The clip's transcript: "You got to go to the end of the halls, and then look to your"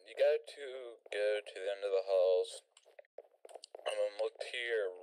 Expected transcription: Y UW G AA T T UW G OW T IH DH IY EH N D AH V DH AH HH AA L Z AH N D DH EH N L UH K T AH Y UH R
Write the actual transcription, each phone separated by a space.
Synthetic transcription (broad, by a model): Y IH G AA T T UW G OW T IH DH IY EH N D AH V DH AH HH AA L Z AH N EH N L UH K T AH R